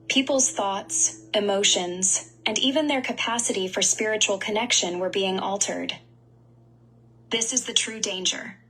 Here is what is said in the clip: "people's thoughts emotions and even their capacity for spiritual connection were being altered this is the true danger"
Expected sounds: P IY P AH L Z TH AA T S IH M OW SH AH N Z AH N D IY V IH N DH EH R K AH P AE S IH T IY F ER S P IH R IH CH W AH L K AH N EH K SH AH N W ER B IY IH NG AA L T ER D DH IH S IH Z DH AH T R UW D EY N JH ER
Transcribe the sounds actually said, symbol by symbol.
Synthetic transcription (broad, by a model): P IY P L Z TH AA T S IH M OW SH AH N Z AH N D IY V IH N DH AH R K AH P AE S IH T IY F ER S P IH R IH CH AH L K AH N EH K SH AH N W ER B IY IH NG AA L T ER D DH IH S IH Z DH AH T R UW D EY N JH ER